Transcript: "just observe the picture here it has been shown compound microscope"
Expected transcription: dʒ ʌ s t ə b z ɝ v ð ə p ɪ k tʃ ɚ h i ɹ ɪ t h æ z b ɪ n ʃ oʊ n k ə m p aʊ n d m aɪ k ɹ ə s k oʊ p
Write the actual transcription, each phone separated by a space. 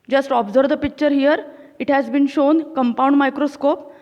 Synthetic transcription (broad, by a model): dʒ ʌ s t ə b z ɝ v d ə p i k tʃ ɚ h i ɹ ɪ t h æ z b ɪ n ʃ oʊ n k ə m p aʊ n d m aɪ k ɹ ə s k oʊ p